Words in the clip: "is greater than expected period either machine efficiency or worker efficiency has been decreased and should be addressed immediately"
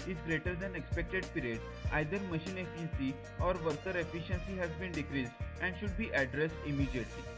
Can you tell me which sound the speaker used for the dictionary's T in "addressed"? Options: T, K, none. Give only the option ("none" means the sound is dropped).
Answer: T